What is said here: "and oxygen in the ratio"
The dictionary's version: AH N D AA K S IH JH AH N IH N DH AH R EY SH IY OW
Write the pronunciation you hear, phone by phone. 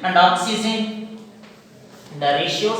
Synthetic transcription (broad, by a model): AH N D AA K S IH Z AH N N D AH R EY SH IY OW